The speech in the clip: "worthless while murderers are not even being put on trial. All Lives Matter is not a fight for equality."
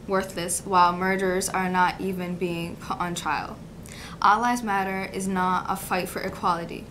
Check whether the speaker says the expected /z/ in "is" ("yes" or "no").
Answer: yes